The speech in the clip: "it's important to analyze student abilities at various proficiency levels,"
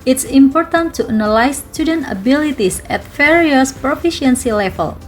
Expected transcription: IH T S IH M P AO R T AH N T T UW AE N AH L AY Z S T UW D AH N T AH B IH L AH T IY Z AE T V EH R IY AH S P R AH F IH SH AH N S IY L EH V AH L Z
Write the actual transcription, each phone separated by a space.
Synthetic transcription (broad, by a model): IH T S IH M P AO R T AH N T T UW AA N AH L AY S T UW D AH N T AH B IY L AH T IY S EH T F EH R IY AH S P R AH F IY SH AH N S IY L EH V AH L